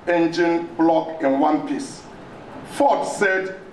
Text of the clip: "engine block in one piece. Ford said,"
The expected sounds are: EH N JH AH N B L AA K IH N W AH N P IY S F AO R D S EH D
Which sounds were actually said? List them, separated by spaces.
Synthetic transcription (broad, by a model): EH N JH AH N B L AA K IH N W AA N P IY S F AO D S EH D